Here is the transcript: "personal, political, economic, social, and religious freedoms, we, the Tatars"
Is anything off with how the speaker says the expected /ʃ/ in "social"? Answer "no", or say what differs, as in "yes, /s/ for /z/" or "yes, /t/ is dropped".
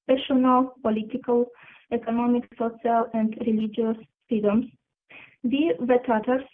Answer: yes, /s/ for /ʃ/